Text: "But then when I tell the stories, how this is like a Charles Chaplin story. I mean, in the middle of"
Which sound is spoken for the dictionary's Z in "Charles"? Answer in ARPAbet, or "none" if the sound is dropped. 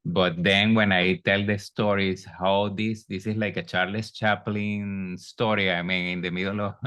S